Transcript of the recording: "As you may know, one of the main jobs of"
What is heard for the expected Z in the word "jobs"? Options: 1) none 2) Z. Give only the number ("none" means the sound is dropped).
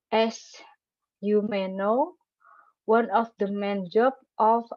1